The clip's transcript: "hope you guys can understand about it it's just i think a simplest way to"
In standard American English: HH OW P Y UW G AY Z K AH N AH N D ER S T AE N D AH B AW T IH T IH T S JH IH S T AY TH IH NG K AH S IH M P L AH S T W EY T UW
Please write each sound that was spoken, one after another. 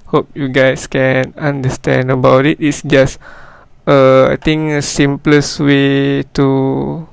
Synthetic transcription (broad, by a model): HH OW P Y UW G AY S K AH N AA N D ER S T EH N D AH B AW T IH T IH T S JH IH S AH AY T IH NG AH S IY M P L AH S W EY T UW